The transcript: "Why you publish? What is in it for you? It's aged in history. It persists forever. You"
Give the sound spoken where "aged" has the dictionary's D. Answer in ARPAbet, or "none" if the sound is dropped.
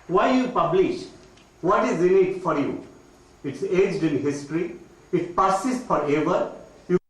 D